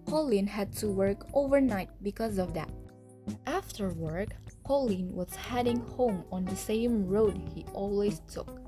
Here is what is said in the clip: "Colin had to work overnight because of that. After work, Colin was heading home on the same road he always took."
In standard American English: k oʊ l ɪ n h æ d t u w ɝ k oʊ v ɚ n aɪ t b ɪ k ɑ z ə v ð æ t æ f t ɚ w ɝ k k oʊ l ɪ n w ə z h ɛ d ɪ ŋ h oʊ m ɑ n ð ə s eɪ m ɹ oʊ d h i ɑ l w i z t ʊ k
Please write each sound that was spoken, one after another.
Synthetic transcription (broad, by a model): k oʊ l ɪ n h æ d t u w ɝ k oʊ v ɚ n aɪ t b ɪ k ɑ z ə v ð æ t æ f t ɚ w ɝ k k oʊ l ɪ n w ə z h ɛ d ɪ ŋ h oʊ m ɑ n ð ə s eɪ m ɹ oʊ d h i ɑ l w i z t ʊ k